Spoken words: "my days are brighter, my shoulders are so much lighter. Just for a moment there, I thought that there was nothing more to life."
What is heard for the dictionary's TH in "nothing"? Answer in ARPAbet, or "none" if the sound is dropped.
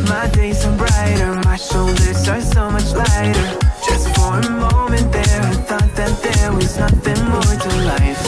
TH